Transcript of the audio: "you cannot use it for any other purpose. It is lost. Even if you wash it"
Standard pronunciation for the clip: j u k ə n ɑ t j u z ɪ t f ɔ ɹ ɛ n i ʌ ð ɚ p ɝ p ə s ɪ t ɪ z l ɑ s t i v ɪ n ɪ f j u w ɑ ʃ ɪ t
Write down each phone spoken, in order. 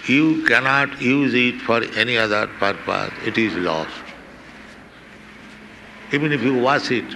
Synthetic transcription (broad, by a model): j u k ə n ɑ t j u z ɪ t f ɔ ɹ ɛ n i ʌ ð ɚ p ɝ p ə s ɪ t ɪ z l ɑ s t i v ɪ n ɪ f j u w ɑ s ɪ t